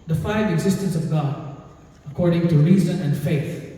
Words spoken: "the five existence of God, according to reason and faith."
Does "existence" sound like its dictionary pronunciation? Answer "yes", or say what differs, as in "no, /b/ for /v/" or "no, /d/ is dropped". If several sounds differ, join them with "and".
yes